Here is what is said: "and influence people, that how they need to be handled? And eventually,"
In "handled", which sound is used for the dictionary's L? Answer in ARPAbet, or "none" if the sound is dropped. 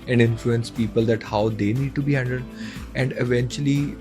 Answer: none